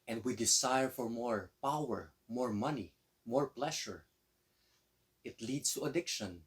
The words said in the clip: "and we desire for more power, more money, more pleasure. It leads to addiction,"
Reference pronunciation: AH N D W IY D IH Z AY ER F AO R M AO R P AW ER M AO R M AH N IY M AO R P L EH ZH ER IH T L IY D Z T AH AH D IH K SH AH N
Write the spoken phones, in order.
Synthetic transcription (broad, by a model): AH N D W IY D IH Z AY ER F AO R M AO R P AW ER M AO R M AH N IY M AO R P L EH SH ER IH T L IY D S T AH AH D IH K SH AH N